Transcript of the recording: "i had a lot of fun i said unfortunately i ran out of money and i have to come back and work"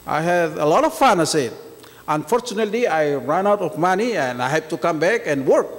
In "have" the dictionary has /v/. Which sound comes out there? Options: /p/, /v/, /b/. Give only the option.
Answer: /p/